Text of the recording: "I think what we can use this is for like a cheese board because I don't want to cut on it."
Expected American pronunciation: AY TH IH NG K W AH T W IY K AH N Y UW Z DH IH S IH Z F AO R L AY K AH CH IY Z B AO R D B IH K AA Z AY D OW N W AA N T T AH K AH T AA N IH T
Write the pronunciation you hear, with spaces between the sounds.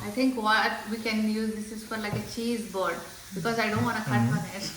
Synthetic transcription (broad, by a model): AY T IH NG K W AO T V IY K AH N Y UW Z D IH S IH Z F AO R L AY K AH CH IY Z B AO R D B IH K AA Z AY D OW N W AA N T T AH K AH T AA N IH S